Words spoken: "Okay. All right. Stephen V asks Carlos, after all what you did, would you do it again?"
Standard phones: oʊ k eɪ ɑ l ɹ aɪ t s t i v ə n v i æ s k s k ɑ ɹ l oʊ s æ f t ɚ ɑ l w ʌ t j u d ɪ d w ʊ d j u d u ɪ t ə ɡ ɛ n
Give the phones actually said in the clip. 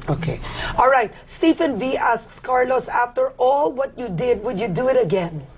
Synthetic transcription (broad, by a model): oʊ k eɪ ɑ l ɹ aɪ t s t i f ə n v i æ s k s k ɑ ɹ l oʊ s æ f t ɚ ɑ l w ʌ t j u d ɪ d w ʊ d j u d u ɪ t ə ɡ ɛ n